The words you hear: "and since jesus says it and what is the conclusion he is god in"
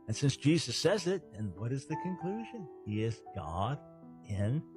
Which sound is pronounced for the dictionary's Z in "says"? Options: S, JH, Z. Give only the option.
Z